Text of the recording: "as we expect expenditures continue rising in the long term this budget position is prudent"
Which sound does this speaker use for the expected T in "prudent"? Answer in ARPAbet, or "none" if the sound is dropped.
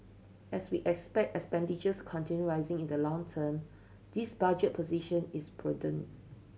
none